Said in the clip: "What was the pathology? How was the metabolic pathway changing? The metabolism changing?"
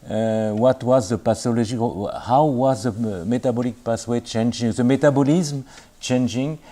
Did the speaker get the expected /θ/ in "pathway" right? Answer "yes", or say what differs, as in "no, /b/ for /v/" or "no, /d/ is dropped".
no, /s/ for /θ/